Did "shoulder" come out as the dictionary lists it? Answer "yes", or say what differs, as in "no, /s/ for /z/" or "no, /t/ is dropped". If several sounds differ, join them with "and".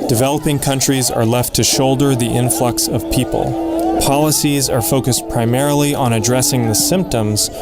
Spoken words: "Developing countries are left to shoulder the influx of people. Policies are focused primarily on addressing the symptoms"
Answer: yes